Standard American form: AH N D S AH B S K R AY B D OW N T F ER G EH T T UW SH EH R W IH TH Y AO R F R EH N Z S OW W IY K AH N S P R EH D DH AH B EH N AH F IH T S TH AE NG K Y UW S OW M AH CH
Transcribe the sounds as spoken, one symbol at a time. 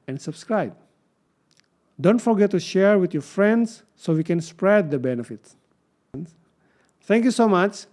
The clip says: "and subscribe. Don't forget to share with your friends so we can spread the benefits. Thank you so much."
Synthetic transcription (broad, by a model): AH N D S AH B S K R AY B D OW N T F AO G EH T T UW SH EH R W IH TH Y AO R F R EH N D S OW W IY K AH N S P R EH D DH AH B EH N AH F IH T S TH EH NG K Y UW S OW M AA CH